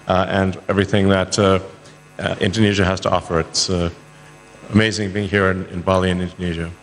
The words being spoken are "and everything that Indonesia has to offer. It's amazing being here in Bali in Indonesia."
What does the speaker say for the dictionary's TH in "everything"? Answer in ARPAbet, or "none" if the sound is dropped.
TH